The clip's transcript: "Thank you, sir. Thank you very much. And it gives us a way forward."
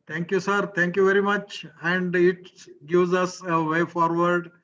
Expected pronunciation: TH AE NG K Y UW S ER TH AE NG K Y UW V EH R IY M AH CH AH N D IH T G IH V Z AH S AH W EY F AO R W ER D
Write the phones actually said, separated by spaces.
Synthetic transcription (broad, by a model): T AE NG K Y UW S ER T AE NG K Y UW V EH R IY M AH CH AH N D IH T G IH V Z AH S AH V EY F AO R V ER D